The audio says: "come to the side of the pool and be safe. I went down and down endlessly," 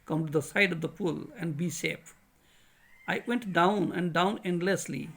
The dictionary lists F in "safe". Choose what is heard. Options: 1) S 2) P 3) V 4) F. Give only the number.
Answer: 2